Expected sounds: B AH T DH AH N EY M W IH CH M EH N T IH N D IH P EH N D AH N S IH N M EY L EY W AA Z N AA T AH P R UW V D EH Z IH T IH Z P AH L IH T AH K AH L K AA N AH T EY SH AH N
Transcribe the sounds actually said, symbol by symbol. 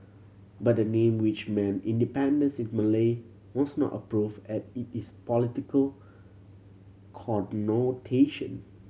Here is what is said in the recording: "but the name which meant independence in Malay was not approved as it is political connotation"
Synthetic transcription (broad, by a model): B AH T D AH N EY M W IH CH M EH N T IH N D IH P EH N D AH N S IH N M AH L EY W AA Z N AA T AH P R UW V EH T IH T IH S P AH L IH T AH K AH L K AA N AH T EY SH AH N